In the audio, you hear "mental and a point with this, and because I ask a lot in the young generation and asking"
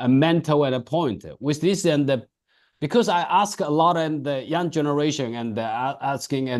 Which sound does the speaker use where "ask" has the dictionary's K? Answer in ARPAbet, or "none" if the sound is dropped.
K